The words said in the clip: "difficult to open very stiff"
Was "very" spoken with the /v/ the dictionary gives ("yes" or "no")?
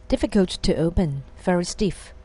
no